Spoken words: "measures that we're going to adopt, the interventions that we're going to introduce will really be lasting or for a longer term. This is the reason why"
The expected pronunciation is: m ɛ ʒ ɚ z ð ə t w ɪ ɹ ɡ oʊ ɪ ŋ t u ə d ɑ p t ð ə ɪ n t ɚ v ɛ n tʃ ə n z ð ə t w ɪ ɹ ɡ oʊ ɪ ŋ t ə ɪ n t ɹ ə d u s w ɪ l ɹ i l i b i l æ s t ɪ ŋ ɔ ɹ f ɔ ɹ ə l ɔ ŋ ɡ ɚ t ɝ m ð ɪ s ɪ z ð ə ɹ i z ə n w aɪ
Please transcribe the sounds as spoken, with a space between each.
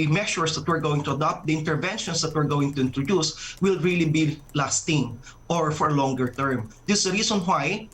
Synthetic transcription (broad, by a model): m ɛ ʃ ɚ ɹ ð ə t w ɪ ɹ ɡ oʊ ɪ ŋ t u ə d ɑ p t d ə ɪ n t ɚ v ɛ n ʃ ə n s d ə t w ɪ ɹ ɡ oʊ ɪ ŋ t ə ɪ n t ɹ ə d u s w ɪ l ɹ i l i b i l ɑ s t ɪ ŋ ɔ ɹ f ɔ ɹ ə l ɔ ŋ ɡ ɚ t ɝ m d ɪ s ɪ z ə ɹ i s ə n w aɪ